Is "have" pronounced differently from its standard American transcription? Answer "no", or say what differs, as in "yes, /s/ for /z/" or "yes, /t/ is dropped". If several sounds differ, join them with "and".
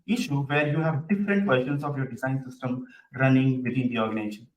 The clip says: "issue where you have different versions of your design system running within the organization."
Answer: no